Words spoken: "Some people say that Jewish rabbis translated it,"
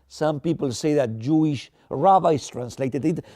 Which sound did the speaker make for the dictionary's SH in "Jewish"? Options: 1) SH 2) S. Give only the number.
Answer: 1